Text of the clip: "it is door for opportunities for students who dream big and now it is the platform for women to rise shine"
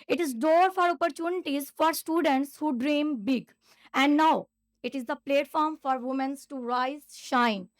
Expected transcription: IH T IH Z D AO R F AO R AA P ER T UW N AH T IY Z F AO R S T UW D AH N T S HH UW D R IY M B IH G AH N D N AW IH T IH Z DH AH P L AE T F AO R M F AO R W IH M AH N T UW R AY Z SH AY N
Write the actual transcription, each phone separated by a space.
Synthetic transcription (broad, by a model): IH T IH Z D AO R F AO R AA P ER T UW N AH T IY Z F AO R S T UW D AH N T S HH UW D R IY M B IH G AH N D N AW IH T IH Z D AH P L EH T F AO R M F AO R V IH M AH N T UW R AY Z SH AY N